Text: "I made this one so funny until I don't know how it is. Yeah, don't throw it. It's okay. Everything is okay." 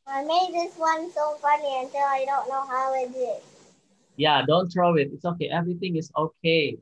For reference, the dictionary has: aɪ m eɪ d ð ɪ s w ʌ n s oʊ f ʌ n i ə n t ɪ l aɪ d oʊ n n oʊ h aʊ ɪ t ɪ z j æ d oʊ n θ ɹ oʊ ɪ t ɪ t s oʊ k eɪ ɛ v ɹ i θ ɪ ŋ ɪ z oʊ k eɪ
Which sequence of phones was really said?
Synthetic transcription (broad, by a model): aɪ m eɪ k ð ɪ s w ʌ n s oʊ f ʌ n i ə n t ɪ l aɪ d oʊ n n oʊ h aʊ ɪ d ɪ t j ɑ d oʊ n t ɹ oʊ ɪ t ɪ t s oʊ k eɪ ɛ v ɹ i t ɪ ŋ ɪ s oʊ k eɪ